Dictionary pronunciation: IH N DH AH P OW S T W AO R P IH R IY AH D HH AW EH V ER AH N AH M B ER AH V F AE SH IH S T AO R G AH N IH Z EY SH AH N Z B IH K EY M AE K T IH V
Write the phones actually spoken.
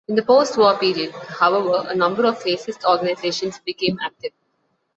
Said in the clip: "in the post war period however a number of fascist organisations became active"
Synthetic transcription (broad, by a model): IH N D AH P OW S T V AO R P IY R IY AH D HH AW EH V ER AH N AH M B ER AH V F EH S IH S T AO R G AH N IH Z EY SH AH N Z B IH K EY M AE K T IH V